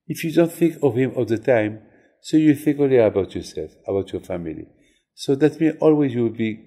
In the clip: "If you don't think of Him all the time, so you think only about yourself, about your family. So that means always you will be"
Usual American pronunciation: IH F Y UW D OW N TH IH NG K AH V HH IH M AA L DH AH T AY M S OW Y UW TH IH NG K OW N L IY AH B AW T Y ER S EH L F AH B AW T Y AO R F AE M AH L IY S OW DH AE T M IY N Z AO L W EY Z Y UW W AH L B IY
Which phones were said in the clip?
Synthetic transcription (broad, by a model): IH F Y UW D OW N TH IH NG K AH V HH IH M AA L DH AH T AY M S OW Y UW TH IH NG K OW L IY AH B AW T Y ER S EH L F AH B AW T Y AO R F AE M AH L IY S OW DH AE T M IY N AO L W EY Z Y UW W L B IY